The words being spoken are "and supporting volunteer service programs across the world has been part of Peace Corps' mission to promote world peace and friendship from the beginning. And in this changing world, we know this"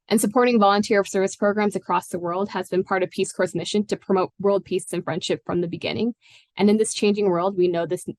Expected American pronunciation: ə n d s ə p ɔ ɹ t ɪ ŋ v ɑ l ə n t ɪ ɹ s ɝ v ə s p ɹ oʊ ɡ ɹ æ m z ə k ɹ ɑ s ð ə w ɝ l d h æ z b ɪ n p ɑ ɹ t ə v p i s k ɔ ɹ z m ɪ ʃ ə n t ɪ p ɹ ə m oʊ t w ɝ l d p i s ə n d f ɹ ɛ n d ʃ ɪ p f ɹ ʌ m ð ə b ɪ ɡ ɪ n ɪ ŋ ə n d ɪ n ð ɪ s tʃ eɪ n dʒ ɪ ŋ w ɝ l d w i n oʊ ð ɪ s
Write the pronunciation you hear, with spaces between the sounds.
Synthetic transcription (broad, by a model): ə n s ə p ɔ ɹ t ɪ ŋ v ɑ l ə n t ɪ ɹ s ɝ v ə s p ɹ oʊ ɡ ɹ æ m z ə k ɹ ɑ s ð ə w ɝ l d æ z b ɪ n p ɑ ɹ t ə v p i s k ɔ ɹ s m ɪ ʃ ə n t ɪ p ɹ ə m oʊ t w ɝ l d p i s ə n f ɹ ɛ n d ʃ ɪ p f ɹ ʌ m ð ə b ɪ ɡ ɪ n ɪ ŋ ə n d ɪ n ð ɪ s tʃ eɪ n dʒ ɪ ŋ w ɝ l d w i n oʊ ð ɪ s